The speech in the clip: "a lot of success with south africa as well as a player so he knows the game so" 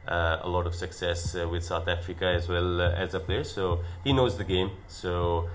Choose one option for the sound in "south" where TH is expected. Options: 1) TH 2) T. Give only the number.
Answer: 1